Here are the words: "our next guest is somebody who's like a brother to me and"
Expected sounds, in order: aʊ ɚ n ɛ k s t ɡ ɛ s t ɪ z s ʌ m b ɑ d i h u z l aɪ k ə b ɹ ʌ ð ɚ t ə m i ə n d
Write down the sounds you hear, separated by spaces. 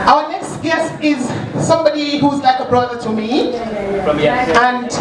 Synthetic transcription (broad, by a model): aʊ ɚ n ɛ k s t ɡ ɛ s t ɪ z s ʌ m b ɑ d i h u z l aɪ k ə b ɹ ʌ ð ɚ t ə m i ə n